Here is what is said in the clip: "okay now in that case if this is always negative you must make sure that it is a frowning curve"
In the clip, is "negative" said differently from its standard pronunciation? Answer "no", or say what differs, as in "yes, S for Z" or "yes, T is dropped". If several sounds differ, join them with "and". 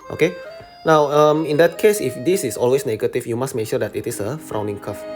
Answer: yes, F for V